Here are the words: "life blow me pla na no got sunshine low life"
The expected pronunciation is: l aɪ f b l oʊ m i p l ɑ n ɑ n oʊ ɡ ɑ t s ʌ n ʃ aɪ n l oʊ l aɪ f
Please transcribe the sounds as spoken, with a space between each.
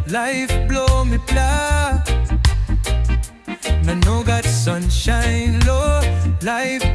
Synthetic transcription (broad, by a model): l aɪ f b l oʊ m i p l ɑ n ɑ n oʊ ɡ ɑ t s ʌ n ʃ aɪ n l oʊ l aɪ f